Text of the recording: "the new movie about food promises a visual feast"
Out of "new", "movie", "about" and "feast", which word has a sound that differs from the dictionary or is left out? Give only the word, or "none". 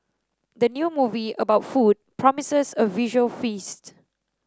none